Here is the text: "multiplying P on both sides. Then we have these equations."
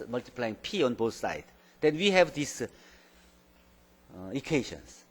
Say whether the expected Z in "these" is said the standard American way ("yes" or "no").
no